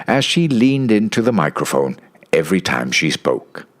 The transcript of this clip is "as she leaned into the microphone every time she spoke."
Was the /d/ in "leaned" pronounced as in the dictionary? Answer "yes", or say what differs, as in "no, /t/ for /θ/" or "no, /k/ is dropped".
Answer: yes